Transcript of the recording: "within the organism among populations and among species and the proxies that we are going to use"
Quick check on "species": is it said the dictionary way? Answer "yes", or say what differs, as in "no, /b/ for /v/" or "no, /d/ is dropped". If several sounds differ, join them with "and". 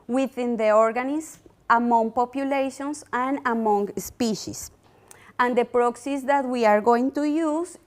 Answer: no, /s/ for /z/